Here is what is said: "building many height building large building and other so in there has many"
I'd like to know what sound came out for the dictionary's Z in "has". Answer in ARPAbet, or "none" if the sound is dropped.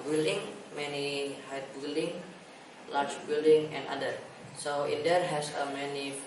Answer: S